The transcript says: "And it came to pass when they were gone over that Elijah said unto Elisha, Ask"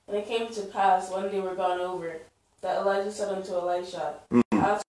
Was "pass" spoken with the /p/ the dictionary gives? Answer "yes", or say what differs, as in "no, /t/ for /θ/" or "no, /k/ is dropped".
yes